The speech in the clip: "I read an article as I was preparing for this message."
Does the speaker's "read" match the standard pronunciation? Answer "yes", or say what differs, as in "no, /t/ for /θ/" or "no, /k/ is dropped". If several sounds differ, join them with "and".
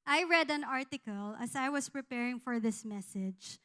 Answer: yes